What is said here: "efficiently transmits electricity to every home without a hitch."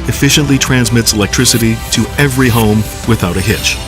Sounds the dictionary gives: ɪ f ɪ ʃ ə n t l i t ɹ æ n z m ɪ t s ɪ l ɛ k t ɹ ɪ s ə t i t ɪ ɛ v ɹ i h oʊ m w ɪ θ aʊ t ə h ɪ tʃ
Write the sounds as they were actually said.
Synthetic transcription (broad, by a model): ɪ f ɪ ʃ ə n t l i t ɹ æ n z m ɪ t s ɪ l ɛ k t ɹ ɪ s ə t i t ɪ ɛ v ɹ i h oʊ m w ɪ θ aʊ t ə h ɪ tʃ